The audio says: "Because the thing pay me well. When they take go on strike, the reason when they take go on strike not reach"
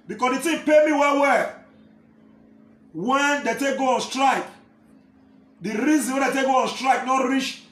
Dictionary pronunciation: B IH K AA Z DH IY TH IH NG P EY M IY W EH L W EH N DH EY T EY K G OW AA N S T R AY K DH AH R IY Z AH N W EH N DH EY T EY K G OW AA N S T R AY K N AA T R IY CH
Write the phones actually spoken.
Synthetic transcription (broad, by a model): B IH K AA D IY T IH P EY M IY W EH W W EH N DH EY T EY K G OW AA N S T R AY K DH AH R IY Z AH N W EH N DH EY T EY K G OW AA N S T R AY K N AA T R IY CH